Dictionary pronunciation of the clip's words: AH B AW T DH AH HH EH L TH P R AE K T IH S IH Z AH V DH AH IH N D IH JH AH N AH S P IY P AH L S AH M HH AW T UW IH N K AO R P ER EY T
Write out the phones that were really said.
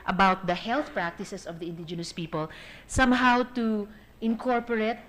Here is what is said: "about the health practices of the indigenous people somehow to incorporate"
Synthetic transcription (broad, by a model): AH B AW T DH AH HH EH L TH P R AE K T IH S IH S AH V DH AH IH N D IH JH AH N AH S P IY P AH L S AH M HH AW T UW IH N K AO R P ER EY T